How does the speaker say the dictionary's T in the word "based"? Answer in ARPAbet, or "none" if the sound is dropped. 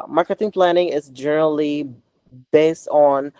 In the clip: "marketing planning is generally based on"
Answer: T